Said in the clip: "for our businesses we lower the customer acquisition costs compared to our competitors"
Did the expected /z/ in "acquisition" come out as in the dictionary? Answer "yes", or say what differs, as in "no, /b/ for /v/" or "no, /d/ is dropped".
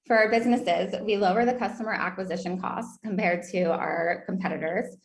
yes